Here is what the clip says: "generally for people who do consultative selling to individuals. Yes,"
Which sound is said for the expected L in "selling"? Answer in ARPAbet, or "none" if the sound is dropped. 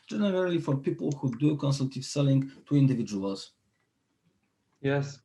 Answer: L